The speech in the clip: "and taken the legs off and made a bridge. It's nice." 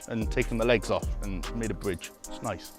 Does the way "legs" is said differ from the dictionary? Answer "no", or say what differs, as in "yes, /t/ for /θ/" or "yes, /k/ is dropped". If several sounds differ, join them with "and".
no